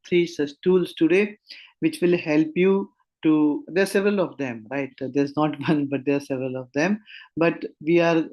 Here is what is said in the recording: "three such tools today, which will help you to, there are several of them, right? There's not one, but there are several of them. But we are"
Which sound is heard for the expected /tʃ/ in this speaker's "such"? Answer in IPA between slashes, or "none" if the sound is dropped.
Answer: /s/